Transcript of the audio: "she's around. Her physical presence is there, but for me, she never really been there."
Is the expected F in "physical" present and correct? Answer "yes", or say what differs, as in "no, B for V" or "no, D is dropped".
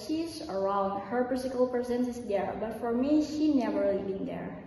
no, P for F